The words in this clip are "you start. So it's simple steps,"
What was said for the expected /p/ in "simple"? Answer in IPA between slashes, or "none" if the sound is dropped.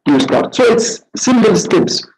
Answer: /b/